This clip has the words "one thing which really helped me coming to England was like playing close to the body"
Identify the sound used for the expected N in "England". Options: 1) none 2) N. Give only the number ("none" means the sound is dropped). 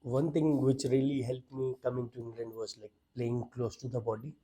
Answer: 2